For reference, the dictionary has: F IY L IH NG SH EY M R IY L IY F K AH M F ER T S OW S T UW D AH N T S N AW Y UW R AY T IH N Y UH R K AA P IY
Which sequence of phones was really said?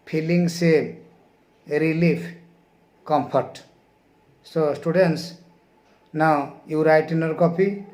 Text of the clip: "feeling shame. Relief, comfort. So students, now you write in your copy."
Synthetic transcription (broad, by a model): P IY L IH NG S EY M R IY L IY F K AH M P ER T S OW S T UW D AH N T S N AW Y UW R AY T IH N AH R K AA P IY